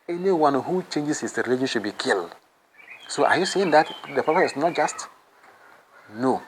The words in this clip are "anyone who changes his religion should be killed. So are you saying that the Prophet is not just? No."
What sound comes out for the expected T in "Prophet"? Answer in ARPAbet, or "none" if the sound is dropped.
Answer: none